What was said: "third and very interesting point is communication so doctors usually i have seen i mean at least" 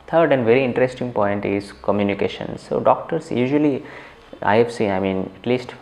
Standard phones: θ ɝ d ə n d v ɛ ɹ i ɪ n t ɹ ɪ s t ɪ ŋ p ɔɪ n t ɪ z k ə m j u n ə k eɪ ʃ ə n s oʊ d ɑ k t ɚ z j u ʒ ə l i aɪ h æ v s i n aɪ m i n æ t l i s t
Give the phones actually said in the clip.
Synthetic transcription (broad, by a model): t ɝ d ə n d v ɛ ɹ i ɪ n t ɹ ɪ s t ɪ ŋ p ɔɪ n t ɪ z k ə m j u n ə k eɪ ʃ ə n s oʊ d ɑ k t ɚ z j u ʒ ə l i aɪ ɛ f s i aɪ m i n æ t l i s t